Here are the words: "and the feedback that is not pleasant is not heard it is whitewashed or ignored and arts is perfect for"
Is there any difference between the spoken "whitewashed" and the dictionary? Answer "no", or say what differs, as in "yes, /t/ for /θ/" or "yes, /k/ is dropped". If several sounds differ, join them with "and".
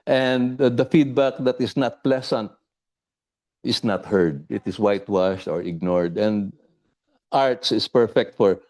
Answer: no